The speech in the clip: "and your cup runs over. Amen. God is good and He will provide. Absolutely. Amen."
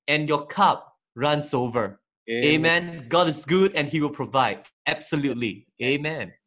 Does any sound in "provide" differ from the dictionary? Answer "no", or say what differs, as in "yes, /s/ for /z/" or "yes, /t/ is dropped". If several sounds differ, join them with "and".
no